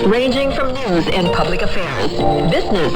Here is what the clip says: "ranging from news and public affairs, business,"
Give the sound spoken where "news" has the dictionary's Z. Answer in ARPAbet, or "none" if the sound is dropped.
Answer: Z